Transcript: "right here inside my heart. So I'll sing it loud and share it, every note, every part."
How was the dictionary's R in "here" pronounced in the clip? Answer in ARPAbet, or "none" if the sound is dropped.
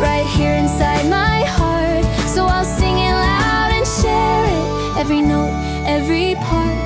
R